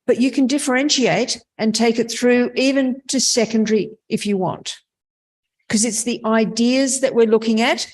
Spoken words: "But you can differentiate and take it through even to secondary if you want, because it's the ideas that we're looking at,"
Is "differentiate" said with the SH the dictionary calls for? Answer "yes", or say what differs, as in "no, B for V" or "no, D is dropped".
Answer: yes